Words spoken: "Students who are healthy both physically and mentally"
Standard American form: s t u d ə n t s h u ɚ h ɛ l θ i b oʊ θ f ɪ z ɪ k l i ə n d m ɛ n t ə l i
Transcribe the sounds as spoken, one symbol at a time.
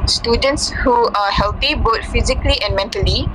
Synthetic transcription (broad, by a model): s t u d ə n t s h u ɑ h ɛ l t i b oʊ t f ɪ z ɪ k l i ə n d m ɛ n t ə l i